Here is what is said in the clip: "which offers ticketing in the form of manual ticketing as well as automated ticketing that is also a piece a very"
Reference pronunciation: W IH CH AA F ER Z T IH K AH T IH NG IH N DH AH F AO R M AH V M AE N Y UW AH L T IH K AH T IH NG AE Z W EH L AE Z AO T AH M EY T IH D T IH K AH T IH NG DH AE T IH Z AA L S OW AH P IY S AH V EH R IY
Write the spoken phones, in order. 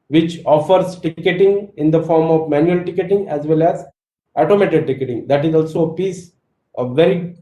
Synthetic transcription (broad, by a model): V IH CH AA F ER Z T IH K AH T IH NG IH N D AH F AO R M AH V M AE N Y UW AH L T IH K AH T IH NG AE Z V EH L AE Z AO T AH M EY T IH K T IH K AH T IH NG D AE T IH Z AA L S OW AH P IY S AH V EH R IY